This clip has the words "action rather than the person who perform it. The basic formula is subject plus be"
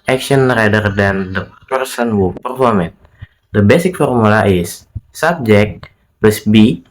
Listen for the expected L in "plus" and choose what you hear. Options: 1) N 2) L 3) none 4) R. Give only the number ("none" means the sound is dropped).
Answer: 3